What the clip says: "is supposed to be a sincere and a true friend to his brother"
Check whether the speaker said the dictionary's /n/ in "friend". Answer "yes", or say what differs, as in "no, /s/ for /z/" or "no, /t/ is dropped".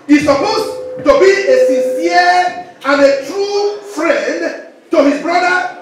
yes